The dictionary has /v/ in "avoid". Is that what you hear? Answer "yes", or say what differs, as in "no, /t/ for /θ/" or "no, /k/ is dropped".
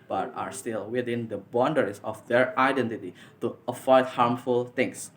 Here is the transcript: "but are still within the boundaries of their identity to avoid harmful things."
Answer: no, /f/ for /v/